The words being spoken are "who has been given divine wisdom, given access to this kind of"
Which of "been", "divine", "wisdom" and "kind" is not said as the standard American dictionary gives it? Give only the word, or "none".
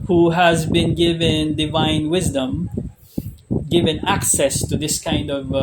none